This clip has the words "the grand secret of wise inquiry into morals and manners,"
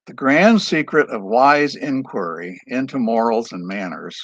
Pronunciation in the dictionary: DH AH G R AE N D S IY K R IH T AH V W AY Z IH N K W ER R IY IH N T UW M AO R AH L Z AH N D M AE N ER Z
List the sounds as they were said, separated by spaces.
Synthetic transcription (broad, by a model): DH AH G R AE N D S IY K R IH T AH V W AY Z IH N K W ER R IY IH N T UW M AO R L Z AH N M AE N ER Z